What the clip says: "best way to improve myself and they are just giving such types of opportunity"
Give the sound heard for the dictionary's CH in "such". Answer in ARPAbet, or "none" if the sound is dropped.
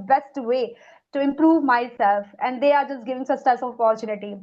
S